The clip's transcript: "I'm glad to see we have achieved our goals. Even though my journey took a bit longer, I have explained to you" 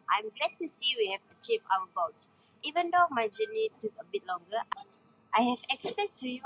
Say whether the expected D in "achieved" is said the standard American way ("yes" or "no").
no